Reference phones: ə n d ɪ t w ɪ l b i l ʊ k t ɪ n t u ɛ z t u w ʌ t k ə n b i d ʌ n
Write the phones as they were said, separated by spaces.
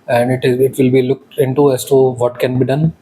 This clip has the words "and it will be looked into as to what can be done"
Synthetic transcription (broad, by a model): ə n d ɪ t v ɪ l b i l ʊ k t ɪ n t u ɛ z t u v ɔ t k ə n b i d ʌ n